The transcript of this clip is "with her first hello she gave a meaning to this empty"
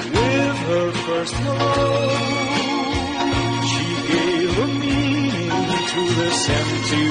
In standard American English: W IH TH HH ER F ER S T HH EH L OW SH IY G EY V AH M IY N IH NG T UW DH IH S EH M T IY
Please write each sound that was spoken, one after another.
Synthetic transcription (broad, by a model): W IH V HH ER F ER S T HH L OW SH IY G EY V AH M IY IH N T UW DH IH S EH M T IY